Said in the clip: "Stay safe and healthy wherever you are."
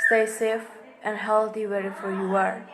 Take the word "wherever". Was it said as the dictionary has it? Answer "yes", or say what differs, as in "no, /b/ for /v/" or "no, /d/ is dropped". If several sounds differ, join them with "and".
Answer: no, /f/ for /v/